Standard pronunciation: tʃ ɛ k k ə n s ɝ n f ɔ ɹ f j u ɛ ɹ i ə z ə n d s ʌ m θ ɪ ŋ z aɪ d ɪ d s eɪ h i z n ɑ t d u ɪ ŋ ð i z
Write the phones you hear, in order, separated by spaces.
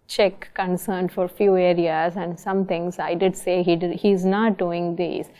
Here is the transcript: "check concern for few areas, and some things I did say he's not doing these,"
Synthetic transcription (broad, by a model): tʃ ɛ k k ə n s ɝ n f ɔ ɹ f j u ɛ ɹ i ə z ə n d s ʌ m t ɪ ŋ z aɪ d ɪ d s eɪ h i z n ɑ t d u ɪ ŋ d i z